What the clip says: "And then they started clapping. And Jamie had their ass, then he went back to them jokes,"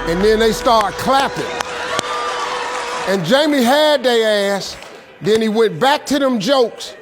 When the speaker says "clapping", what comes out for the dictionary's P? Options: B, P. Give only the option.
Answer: P